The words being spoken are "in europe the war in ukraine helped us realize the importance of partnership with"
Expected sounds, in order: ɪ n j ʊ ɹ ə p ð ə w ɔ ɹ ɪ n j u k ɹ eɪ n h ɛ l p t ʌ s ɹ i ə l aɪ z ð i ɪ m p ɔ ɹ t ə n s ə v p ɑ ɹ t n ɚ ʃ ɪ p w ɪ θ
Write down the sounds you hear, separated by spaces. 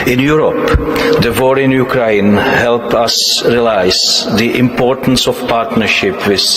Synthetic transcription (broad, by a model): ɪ n j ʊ ɹ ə p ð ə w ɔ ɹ ɪ n j u k ɹ eɪ n h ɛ l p ʌ s ɹ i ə l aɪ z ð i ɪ m p ɔ ɹ t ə n s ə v p ɑ ɹ t n ɚ ʃ ɪ p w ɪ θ